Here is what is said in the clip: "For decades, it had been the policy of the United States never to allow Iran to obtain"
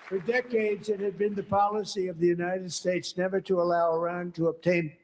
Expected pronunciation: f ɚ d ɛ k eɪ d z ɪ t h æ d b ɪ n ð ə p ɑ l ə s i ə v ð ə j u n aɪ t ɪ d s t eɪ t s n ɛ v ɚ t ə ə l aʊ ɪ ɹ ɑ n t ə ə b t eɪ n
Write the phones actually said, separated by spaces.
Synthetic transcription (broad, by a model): f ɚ d ɛ k eɪ d z ɪ t h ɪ d b ɪ n ð ə p ɑ l ə s i ə v ð ə j u n aɪ t ɪ d s t eɪ t s n ɛ v ɚ t ə ə l aʊ ɪ ɹ ɑ n t ə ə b t eɪ n